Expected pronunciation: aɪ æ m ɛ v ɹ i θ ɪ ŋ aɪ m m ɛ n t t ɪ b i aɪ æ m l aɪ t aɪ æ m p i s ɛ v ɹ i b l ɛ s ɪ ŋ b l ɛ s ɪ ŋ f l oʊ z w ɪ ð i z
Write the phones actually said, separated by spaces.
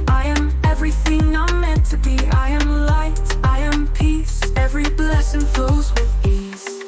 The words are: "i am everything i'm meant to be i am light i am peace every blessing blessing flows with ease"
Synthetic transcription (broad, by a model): aɪ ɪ m ɛ v ɹ i θ ɪ ŋ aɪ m m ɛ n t t ɪ b i aɪ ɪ m l aɪ t aɪ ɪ m p i s ɛ v ɹ i b l ɛ s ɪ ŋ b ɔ ɪ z w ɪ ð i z